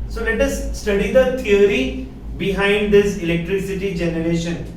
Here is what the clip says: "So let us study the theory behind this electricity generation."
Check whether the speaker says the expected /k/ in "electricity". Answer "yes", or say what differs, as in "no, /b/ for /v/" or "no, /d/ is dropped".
yes